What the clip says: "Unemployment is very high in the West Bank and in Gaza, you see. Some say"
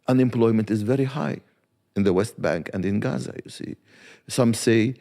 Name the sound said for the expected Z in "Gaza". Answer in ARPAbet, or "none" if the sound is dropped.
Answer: Z